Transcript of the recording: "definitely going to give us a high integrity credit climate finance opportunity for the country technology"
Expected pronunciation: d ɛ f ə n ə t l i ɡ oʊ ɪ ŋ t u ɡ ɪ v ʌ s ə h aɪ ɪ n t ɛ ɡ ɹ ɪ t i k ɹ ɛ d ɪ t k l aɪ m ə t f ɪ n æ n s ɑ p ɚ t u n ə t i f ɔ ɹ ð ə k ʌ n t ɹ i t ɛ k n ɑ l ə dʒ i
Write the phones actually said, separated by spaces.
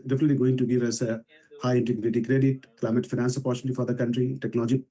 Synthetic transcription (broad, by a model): d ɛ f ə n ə t l i ɡ oʊ ɪ ŋ t u ɡ ɪ v ʌ s ə h aɪ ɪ n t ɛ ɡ ɹ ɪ t i k ɹ ɛ d ɪ t k l aɪ m ə t f ɪ n æ n s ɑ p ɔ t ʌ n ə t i f ɔ ɹ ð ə k ʌ n t ɹ i t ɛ k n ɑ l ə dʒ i